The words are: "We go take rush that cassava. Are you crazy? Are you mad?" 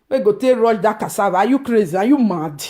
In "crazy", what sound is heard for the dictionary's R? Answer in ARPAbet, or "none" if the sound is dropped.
R